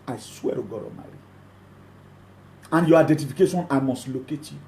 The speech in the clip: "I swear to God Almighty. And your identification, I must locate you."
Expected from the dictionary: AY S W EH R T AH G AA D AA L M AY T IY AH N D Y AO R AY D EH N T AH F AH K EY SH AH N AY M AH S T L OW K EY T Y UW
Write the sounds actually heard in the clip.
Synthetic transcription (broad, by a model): AY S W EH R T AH G AA D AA M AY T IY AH N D Y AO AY D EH N T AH F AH K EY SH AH N AY M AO S T L OW K EY T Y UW